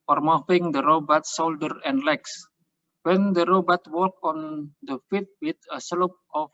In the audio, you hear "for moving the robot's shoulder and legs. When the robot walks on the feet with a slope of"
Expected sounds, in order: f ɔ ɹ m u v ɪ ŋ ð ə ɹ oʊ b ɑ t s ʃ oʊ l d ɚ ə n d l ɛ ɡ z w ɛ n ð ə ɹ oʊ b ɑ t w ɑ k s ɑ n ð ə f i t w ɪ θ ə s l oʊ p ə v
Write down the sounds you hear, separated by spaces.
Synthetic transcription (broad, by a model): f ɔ ɹ m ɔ f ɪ ŋ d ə ɹ oʊ b ɑ t s oʊ l d ɚ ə n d l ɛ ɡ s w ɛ n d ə ɹ oʊ b ɑ t w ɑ k ɑ n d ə f i t w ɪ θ ə s l oʊ p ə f